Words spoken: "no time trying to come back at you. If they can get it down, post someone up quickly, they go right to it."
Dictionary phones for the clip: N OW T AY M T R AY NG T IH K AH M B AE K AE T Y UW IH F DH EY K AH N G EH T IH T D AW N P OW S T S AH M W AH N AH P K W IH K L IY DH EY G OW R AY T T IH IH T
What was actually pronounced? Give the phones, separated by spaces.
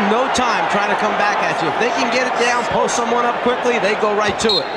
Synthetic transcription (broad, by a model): N OW T AY M T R AY T IH K AH M B AE K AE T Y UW IH F DH EY K AH N G EH T IH T D AW N P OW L S AH M W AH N AH P K W IH K L IY DH EY G OW R AY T T IH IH T